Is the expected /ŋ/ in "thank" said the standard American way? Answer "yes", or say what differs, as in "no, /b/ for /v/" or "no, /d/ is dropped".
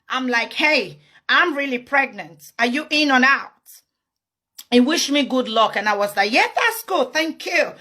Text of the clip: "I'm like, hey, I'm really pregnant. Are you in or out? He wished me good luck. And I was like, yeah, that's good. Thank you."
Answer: yes